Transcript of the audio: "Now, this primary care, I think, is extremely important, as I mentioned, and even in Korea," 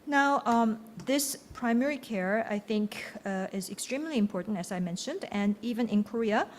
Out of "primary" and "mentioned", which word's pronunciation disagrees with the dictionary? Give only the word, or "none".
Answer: none